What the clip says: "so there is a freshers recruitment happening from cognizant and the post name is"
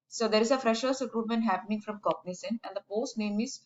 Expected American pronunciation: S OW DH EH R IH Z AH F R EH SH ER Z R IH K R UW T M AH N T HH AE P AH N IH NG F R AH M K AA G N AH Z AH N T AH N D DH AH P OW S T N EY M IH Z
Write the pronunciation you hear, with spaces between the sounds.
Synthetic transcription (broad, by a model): S OW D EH R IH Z AH F R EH SH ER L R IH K R UW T M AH N T HH AE P AH N IH NG F R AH M K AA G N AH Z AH N AH N D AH P OW S T N EY M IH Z